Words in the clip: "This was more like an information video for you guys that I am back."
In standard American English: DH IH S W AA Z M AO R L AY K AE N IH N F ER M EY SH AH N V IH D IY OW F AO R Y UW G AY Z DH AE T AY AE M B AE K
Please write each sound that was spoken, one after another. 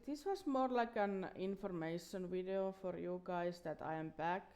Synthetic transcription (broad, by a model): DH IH S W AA S M AO R L AY K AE N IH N F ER M EY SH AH N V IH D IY OW F AO R Y UW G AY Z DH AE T AY AE M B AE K